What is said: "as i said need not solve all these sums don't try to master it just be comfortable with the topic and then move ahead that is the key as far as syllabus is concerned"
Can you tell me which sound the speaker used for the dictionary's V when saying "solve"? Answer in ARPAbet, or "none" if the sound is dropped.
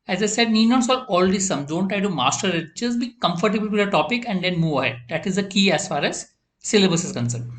none